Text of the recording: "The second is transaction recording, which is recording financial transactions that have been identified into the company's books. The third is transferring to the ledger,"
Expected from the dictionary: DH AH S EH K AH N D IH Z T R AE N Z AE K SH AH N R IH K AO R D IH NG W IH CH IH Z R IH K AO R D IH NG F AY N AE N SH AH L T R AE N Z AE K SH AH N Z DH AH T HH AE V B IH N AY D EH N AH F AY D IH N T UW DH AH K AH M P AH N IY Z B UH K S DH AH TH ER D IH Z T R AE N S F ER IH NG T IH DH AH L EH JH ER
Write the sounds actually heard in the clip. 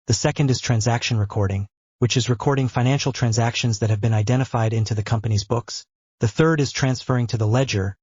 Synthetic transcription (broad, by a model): DH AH S EH K AH N D IH Z T R AE N Z AE K SH AH N R IH K AO R D IH NG W IH CH IH Z R IH K AO R D IH NG F AY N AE N SH L T R AE N Z AE K SH AH N Z DH AH T HH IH V B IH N AY D EH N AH F AY D IH N T UW DH AH K AH M P AH N IY Z B UH K S DH AH TH ER D IH Z T R AE N S F ER IH NG T IH DH AH L EH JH ER